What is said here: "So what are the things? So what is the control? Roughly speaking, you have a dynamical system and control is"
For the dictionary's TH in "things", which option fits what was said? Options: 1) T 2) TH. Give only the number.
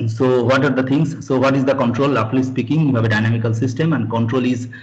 1